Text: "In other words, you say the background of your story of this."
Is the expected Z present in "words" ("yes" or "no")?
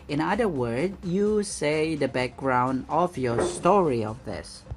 no